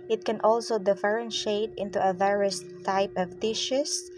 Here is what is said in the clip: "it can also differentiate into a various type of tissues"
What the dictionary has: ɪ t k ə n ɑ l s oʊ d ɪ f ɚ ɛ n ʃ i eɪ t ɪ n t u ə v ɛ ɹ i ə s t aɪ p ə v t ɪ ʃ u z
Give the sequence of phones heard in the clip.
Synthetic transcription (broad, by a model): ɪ t k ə n ɑ l s oʊ d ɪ f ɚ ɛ n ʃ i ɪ t ɪ n t u ə v ɛ ɹ i ə s t aɪ p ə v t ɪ ʃ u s